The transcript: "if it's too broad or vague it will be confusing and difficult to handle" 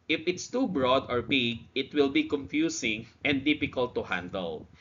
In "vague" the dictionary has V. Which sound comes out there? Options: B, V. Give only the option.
B